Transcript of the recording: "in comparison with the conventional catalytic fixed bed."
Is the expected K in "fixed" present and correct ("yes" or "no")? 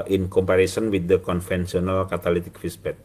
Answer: no